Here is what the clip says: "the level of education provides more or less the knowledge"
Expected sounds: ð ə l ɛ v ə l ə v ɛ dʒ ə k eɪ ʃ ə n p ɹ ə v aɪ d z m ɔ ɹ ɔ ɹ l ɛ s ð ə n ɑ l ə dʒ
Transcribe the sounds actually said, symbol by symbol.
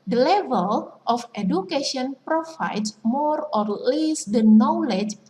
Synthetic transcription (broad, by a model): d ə l ɛ v ə l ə f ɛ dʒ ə k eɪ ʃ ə n p ɹ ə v aɪ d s m ɔ ɹ ɔ ɹ l ɛ s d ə n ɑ l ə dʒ